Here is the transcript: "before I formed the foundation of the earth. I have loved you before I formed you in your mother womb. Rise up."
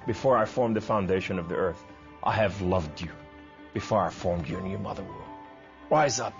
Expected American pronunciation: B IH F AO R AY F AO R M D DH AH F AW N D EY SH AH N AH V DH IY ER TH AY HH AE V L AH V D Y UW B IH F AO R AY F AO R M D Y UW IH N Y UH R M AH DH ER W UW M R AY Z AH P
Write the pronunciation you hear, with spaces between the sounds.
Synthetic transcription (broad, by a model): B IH F AO R AY F AO R M DH AH F AW N D EY SH AH N AH V DH IY ER TH AY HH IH V L AH V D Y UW B IH F AO R AY F AO R M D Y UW IH N Y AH R M AH DH ER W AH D R AY Z AH P